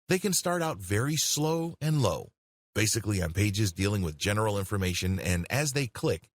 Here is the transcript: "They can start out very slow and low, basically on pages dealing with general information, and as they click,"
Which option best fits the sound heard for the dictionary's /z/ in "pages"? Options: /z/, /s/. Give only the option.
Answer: /z/